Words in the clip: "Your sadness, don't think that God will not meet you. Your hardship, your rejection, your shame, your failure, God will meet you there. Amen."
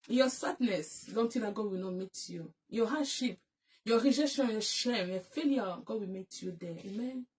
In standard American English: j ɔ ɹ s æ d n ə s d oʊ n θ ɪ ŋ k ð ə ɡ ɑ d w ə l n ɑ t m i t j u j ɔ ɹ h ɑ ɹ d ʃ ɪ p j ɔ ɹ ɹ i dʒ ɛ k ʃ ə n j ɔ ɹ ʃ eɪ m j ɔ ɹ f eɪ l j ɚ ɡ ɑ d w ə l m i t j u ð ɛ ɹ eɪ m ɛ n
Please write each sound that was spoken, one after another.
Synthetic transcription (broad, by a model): j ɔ s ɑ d n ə s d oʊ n t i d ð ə ɡ ɑ d w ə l n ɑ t m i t j u j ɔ h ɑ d ʃ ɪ p j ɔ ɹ ɹ i dʒ ɛ k ʃ ə n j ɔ ʃ eɪ m j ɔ f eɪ l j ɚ ɡ ɑ d w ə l m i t j u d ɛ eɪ m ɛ n